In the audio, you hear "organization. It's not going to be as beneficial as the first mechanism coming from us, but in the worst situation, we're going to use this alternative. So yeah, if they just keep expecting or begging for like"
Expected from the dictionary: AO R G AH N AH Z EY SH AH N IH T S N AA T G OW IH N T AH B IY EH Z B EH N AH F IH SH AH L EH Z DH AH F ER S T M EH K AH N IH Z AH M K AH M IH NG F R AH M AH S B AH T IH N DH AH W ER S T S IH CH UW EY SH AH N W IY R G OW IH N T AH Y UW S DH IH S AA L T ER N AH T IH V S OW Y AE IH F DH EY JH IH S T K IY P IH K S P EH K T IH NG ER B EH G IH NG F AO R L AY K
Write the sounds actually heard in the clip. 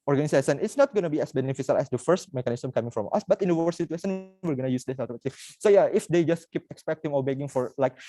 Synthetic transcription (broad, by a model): AO R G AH N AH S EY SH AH N IH T S N AA T G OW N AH B IY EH S B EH N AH F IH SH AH L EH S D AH F ER S T M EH K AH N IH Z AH M K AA M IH NG F R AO M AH S B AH T IH N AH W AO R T S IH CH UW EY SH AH N W IY R G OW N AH Y UW S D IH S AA T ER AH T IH S OW Y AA IH F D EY JH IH S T K IY P IH K S P EH K T IH NG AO B EH G IH NG F AO R L AY K